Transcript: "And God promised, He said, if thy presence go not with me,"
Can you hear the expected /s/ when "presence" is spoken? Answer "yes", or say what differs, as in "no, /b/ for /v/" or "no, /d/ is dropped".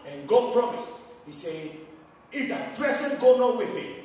no, /s/ is dropped